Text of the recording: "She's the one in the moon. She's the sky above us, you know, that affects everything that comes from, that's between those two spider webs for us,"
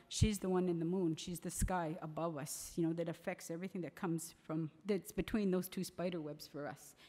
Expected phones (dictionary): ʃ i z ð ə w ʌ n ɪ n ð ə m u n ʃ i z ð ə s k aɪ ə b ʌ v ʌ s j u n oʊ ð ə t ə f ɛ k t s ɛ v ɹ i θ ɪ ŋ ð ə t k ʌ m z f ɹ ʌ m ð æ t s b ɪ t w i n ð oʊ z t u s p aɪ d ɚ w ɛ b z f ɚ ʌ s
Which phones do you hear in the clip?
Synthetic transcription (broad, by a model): ʃ i z ð ə w ʌ n ɪ n ð ə m u n ʃ i z ð ə s k aɪ ə b ʌ v ʌ s j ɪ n oʊ ð ə t ə f ɛ k t s ɛ v ɹ i θ ɪ ŋ ð ə t k ʌ m z f ɹ ʌ m ð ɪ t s b ɪ t w i n ð oʊ z t u s p aɪ d ɚ w ɛ b z f ɚ ʌ s